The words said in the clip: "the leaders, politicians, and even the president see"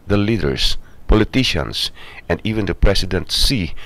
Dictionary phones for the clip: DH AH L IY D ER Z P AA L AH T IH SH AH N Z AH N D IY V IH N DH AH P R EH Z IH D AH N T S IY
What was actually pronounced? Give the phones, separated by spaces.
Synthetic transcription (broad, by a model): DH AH L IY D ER S P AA L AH T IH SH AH N S AH N D IY V IH N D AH P R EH S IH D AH N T S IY